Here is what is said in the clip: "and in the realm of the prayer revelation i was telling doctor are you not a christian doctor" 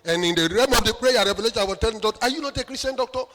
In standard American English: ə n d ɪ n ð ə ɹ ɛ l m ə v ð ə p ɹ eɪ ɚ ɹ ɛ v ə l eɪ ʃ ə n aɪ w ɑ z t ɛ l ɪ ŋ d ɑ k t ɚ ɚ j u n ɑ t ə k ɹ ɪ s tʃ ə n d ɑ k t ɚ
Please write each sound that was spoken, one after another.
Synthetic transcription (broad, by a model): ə n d ɪ n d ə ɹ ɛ m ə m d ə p ɹ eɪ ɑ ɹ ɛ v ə l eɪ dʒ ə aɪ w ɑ t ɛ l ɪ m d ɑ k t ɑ j u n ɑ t ə k ɹ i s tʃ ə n d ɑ k t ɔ